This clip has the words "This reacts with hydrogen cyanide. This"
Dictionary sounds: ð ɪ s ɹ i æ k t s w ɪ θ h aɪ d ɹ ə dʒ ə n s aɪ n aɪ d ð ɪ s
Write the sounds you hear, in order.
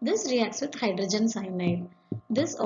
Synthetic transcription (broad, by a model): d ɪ s ɹ i æ k t s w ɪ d h aɪ d ɹ ə dʒ ə n s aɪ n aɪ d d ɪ s